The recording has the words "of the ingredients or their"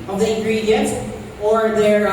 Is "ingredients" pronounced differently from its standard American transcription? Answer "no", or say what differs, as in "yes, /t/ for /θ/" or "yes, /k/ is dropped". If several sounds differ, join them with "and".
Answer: yes, /s/ is dropped